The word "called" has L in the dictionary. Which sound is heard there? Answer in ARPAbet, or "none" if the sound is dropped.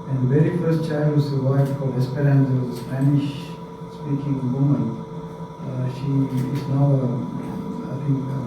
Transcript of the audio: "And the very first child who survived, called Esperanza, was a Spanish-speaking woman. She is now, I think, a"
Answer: none